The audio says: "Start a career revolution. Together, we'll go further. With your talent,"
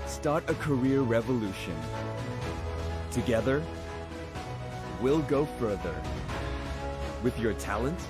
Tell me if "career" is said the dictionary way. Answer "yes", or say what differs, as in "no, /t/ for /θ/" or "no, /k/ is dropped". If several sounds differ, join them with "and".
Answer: yes